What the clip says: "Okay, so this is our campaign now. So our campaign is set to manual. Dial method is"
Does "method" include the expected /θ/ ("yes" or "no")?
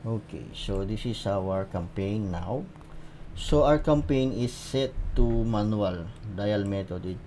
no